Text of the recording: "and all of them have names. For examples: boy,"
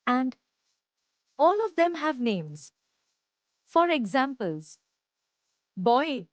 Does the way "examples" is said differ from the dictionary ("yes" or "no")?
no